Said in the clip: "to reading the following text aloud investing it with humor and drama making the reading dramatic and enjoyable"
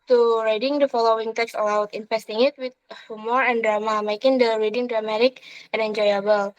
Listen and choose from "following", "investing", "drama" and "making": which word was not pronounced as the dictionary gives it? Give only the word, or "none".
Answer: investing